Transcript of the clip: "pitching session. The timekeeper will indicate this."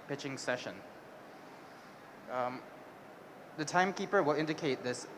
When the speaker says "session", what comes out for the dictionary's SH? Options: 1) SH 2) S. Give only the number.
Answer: 1